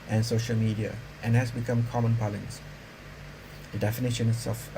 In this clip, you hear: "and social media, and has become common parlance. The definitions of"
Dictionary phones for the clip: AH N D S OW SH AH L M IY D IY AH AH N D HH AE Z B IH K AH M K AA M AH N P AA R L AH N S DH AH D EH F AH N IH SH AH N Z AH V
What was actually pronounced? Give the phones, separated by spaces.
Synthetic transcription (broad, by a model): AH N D S OW SH AH L M IY D IY AH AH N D HH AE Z B IH K AH M K AA M AH N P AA L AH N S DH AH D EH F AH N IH SH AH N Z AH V